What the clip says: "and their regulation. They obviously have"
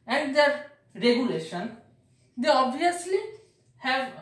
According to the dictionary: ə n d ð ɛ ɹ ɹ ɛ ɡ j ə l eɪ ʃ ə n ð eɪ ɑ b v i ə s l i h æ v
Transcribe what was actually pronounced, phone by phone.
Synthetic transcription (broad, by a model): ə n d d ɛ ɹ ɹ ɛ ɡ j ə l eɪ ʃ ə n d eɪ ɑ b v i ə s l i h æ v